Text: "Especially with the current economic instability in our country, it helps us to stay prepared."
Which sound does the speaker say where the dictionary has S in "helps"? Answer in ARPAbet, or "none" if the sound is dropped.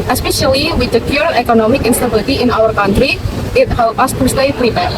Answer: none